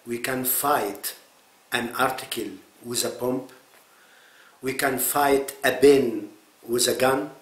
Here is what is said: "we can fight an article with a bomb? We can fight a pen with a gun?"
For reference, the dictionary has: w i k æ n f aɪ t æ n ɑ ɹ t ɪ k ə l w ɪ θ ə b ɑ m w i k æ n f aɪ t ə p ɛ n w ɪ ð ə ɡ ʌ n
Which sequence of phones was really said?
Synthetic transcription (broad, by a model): w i k æ n f aɪ t æ n ɑ ɹ t ɪ k ə l w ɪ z ə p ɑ m w i k æ n f aɪ t ə b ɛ n w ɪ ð ə ɡ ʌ n